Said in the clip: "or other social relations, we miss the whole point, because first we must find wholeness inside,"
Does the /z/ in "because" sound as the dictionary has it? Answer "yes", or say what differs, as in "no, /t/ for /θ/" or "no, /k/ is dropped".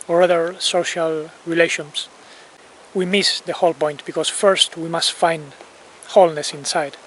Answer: no, /s/ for /z/